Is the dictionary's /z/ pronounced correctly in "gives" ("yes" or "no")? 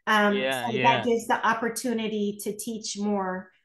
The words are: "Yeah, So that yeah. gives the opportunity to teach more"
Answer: yes